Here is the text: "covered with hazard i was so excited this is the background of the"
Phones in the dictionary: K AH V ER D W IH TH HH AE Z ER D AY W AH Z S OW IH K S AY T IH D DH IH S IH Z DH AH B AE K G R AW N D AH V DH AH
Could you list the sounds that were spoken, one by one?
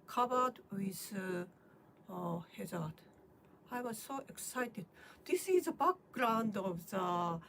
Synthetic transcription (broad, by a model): K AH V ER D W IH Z HH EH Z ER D AY W AH Z S OW IH K S AY T IH D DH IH S IH Z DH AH B AE K G R AW N D AH V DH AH